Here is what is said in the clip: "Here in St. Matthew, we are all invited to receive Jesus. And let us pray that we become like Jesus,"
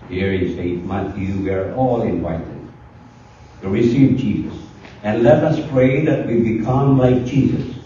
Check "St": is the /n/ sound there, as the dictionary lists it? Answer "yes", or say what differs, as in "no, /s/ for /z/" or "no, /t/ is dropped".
no, /n/ is dropped